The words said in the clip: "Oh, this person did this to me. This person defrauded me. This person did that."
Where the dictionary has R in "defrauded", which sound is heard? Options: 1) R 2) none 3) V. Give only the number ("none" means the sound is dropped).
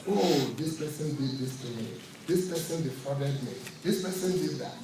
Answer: 2